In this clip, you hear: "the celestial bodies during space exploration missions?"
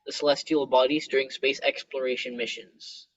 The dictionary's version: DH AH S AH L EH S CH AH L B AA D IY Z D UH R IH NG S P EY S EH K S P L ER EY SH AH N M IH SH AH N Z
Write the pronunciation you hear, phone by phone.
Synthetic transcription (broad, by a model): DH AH S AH L EH S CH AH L B AA D IY Z D UH R IH NG S P EY S EH K S P L ER EY SH AH N M IH SH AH N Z